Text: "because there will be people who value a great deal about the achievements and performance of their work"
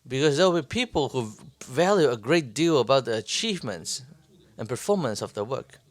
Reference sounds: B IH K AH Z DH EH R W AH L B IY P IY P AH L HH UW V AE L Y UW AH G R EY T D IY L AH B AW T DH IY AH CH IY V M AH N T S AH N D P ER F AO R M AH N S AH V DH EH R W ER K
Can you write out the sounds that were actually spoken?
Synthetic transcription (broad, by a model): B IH K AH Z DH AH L B IY P IY P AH L HH UW V AE L Y UW AH G R EY T D IY L AH B AW T DH IY AH CH IY V M AH N T S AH N P ER F AO R M AH N S AH V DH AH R W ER K